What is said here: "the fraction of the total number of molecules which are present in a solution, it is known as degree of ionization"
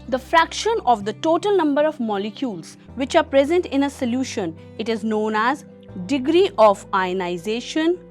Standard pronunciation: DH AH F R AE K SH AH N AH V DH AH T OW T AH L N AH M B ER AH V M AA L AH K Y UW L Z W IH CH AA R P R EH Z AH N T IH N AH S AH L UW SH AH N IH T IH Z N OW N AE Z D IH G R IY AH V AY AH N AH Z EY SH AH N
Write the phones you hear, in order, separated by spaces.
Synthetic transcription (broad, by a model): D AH F R AE K SH AH N AH V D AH T OW T AH L N AH M B ER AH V M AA L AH K Y UW L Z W IH CH AA R P R EH Z AH N T IH N AH S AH L UW SH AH N IH T IH Z N OW N AE Z D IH G R IY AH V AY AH N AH Z EY SH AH N